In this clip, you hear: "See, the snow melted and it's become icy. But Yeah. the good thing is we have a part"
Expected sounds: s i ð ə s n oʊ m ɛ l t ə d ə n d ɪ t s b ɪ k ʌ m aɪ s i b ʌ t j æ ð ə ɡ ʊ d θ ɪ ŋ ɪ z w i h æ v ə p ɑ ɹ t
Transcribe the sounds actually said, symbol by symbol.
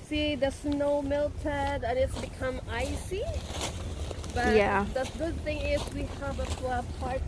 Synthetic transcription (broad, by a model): s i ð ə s n oʊ m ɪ l t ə d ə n ɪ t s b ɪ k ʌ m aɪ s i b ʌ t j æ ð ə ɡ ʊ d θ ɪ ŋ ɪ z w i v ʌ p ə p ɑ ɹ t